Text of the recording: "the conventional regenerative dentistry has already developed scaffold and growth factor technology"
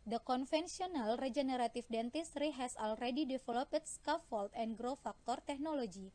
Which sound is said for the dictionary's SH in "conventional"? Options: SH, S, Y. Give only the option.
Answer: S